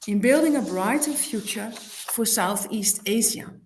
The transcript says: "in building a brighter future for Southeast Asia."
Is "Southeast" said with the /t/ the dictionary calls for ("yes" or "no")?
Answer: yes